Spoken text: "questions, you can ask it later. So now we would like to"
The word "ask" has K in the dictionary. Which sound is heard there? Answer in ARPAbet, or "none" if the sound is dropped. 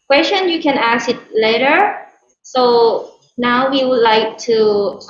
none